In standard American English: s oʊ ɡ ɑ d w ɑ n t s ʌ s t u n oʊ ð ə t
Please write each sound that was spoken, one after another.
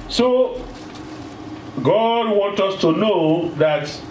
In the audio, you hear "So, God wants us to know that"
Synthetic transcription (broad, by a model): s oʊ ɡ ɑ d w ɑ n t ʌ s t u n oʊ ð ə t